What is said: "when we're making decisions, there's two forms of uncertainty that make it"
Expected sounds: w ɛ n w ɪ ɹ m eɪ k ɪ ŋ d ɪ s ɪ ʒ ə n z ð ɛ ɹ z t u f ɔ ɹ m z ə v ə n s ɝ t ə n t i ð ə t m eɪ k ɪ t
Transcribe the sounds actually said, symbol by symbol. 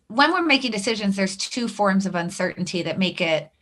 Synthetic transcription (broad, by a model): w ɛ n w ɪ ɹ m eɪ k ɪ ŋ d ɪ s ɪ ʒ ə n z ð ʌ ɹ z t u f ɔ ɹ m z ə v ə n s ɝ t n t i ð ə t m eɪ k ɪ t